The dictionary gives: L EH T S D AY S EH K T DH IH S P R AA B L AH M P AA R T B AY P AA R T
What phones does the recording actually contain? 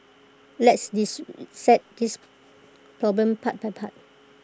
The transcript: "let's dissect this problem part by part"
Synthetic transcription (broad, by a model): L EH T S D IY S EH T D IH S P R AA B L AH M P AA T B AY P AA T